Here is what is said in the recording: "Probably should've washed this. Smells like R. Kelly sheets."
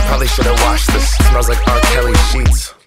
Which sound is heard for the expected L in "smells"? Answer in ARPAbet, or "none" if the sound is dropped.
none